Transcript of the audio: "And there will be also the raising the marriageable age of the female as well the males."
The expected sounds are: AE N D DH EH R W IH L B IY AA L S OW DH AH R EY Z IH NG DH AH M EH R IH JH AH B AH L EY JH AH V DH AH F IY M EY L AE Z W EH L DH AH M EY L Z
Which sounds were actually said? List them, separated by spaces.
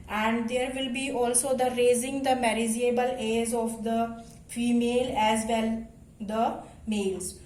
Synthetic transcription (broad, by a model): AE N D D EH R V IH L B IY AA L S OW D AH R EY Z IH NG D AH M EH R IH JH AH B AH L EY Z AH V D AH F IY M EY L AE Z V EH L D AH M EY L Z